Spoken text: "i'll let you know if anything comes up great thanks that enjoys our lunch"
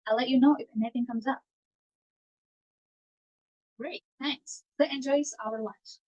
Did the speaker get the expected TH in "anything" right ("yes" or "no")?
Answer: yes